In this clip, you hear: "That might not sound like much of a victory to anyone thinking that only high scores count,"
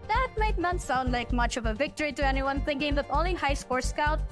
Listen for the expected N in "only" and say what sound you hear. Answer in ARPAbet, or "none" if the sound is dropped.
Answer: none